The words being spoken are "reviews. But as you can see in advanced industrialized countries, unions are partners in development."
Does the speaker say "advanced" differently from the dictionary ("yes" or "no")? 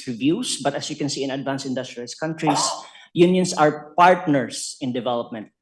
yes